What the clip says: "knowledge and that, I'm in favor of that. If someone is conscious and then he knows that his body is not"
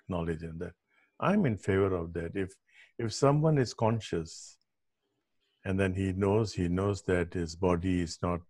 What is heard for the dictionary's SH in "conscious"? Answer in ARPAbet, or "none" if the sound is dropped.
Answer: SH